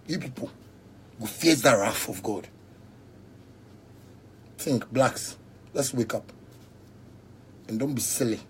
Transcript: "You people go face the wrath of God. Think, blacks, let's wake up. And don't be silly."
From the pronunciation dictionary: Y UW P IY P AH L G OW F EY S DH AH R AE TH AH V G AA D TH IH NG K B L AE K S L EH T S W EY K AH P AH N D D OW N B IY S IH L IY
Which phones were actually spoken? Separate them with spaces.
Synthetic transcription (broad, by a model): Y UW P IY P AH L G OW F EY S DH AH R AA F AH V G AA D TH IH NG K B L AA K S L EH T S W EY K AH P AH N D D OW N B IY S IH L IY